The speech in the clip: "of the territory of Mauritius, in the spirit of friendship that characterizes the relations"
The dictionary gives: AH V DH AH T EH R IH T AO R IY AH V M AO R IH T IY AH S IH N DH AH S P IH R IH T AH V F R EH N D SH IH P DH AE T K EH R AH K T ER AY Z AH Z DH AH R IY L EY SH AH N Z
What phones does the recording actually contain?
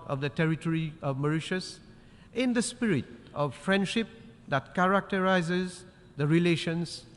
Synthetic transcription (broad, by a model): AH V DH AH T EH R IH T AO R IY AH V M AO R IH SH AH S IH N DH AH S P IH R IH T AH V F R EH N D SH IH P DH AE T K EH R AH K T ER AY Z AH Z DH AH R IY L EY SH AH N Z